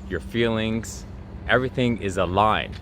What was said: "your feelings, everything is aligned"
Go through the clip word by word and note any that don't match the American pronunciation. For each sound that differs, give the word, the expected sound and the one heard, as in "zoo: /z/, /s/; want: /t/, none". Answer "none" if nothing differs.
none